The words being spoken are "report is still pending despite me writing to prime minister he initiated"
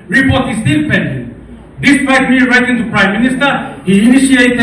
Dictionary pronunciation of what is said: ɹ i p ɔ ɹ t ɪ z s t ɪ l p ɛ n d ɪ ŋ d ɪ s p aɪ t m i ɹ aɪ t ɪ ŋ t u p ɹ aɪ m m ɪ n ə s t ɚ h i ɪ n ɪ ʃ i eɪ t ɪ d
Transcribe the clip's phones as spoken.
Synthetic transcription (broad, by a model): ɹ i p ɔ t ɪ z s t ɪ n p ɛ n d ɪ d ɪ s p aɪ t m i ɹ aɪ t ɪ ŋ t u p ɹ aɪ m m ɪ n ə s t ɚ h i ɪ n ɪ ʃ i eɪ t